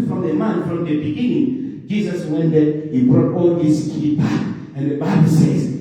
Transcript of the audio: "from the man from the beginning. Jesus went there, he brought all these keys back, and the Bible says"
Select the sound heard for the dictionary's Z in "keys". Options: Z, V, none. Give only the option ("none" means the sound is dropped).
none